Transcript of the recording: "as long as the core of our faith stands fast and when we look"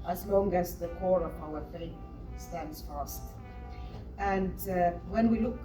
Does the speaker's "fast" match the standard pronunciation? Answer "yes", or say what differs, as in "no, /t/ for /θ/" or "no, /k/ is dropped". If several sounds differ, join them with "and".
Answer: yes